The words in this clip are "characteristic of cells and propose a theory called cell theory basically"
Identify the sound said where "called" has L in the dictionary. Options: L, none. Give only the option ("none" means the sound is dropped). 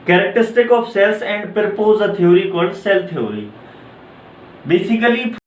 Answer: none